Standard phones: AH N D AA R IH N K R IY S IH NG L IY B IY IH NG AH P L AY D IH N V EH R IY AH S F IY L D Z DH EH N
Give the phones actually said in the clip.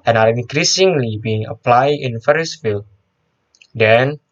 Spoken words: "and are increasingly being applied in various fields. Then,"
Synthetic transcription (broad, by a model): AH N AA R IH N K R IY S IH NG L IY B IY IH NG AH P L AY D IH N F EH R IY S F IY L D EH N